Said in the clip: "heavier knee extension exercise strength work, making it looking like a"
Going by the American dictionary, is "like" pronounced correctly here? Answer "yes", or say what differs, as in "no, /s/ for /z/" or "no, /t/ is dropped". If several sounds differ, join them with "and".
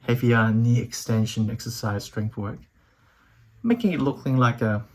yes